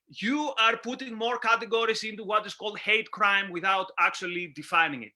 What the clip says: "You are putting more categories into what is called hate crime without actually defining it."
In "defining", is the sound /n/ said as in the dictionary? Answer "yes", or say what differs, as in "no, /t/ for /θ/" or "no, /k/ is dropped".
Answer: yes